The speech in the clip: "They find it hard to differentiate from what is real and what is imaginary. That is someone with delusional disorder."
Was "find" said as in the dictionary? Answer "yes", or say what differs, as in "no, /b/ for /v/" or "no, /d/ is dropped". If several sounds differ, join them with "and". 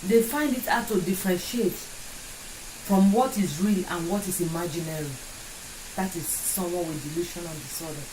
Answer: yes